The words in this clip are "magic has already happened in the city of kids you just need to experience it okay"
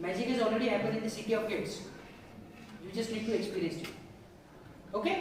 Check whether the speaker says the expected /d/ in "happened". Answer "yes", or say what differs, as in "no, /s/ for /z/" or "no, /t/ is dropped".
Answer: no, /d/ is dropped